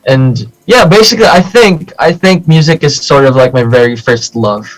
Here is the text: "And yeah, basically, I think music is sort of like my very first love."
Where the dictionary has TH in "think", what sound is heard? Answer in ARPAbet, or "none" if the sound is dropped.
TH